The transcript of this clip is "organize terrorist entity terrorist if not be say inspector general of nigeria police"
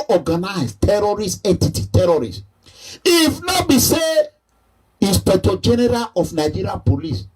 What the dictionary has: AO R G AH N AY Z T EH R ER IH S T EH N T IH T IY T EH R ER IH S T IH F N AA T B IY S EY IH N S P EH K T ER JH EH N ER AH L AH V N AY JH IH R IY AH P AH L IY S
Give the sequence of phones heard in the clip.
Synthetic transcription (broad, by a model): AO G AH N AY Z T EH R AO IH S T EH N T IH T IY T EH R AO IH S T IH F N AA B IY S EY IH S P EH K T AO JH EH N ER AH L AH F N AY JH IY R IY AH P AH L IY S